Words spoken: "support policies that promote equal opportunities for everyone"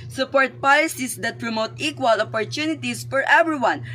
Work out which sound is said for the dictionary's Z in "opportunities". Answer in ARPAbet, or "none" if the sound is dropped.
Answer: S